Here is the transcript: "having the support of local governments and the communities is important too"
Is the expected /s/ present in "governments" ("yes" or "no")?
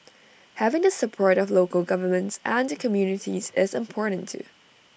yes